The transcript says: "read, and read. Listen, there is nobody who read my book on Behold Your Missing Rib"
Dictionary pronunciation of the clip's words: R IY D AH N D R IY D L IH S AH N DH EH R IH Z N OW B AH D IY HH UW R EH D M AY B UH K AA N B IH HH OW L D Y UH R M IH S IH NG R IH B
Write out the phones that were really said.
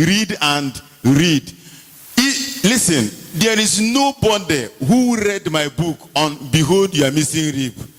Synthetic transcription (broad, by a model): R IY D AH N D R IY D L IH S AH N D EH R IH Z N OW B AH D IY HH UW R EH D M AY B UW K AA N B IH HH OW L D Y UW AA M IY S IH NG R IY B